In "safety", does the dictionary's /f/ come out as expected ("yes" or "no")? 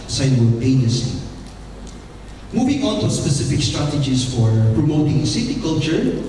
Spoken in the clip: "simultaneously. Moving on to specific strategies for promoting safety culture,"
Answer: no